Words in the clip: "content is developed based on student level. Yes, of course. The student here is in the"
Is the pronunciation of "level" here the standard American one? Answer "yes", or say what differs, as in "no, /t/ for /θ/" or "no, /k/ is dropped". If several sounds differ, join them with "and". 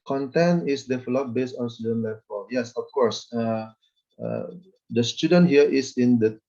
no, /f/ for /v/